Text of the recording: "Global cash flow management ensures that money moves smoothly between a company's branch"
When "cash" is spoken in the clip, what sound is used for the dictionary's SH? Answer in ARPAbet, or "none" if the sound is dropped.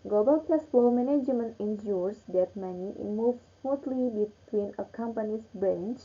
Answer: S